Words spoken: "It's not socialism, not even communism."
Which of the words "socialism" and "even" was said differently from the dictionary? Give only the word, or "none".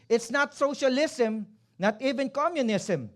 socialism